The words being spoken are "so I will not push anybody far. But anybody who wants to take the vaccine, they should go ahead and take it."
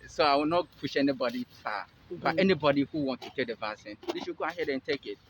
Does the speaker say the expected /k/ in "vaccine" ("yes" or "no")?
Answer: no